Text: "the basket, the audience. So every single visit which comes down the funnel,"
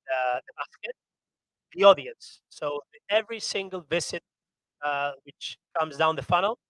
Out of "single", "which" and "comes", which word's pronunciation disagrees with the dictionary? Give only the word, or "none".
none